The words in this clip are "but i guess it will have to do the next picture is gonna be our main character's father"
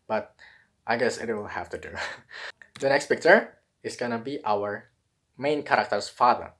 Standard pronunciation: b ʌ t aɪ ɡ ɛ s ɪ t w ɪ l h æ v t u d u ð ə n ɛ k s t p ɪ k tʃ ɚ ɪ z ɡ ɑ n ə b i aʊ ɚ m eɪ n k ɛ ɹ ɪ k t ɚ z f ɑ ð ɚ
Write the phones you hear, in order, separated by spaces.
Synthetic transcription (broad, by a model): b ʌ t aɪ ɡ ɛ s ɪ t w ɪ l h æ f t u d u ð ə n ɛ k s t p ɪ k tʃ ɚ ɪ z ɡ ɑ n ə b i aʊ ɚ m eɪ n k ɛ ɹ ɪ k t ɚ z f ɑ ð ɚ